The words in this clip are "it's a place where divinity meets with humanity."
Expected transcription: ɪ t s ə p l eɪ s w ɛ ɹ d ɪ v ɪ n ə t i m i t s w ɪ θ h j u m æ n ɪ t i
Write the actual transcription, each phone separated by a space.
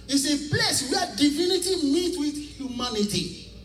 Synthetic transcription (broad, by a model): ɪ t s ə p l eɪ s w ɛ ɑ d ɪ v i n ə t i m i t w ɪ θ h j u m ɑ n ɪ t i